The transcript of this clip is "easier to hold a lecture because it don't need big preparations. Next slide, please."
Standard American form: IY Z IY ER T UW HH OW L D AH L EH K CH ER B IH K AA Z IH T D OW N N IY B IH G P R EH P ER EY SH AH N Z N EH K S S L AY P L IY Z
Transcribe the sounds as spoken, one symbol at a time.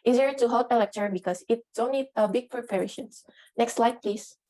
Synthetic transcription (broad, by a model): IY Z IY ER T UW HH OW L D AH L EH K CH ER B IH K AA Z IH T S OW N L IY B IH G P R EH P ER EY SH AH N S N EH K S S L AY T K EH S